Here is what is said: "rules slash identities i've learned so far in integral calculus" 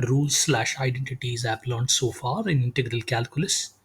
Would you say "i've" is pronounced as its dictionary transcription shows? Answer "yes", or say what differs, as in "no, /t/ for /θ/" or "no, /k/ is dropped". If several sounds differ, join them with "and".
no, /p/ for /v/